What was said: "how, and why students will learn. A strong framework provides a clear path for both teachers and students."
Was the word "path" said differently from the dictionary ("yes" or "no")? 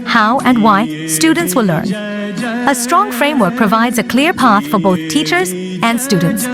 no